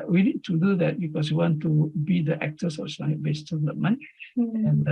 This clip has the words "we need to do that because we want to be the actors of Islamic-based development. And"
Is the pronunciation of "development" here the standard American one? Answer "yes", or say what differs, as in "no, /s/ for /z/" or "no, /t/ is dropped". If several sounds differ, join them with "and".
no, /t/ is dropped